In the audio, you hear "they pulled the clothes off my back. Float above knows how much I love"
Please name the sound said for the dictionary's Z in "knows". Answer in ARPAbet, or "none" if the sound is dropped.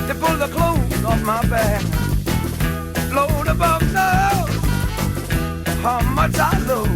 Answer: none